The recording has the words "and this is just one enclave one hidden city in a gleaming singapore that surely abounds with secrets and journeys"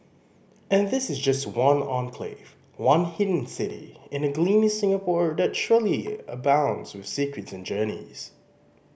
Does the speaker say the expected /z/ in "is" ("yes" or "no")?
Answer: yes